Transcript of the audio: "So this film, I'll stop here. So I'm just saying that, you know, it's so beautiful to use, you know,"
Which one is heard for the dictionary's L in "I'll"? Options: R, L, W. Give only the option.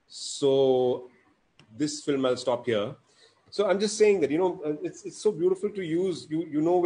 L